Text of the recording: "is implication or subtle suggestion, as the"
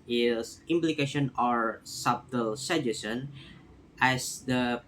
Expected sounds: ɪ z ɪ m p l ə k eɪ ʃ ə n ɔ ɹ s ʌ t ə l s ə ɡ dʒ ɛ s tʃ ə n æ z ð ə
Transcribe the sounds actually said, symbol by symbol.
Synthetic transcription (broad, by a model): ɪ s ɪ m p l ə k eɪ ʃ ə n ɔ ɹ s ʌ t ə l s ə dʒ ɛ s ə n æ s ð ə